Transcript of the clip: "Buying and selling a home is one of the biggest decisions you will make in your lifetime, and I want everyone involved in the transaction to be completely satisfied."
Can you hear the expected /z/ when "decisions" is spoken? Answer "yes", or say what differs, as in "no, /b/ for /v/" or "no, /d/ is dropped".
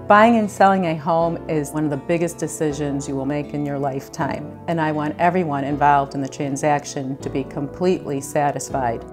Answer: yes